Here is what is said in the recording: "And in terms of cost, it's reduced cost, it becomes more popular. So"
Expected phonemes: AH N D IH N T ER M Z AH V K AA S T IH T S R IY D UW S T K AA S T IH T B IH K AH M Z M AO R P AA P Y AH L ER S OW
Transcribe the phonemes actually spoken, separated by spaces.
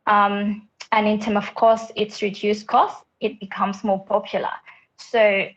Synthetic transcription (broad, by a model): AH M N IH N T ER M AH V K AA S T IH T S R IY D UW S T K AA S T IH T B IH K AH M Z M AO P AA P Y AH L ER S OW